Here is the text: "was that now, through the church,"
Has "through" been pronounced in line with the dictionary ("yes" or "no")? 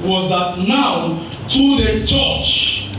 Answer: no